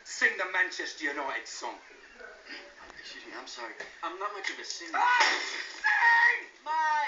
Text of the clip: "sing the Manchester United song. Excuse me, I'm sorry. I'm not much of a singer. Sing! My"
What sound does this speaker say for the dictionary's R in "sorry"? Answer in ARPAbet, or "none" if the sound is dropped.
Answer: R